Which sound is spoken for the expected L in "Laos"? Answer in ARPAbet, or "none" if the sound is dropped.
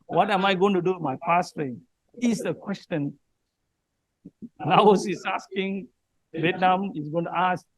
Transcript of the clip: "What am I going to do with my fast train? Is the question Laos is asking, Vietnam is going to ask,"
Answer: N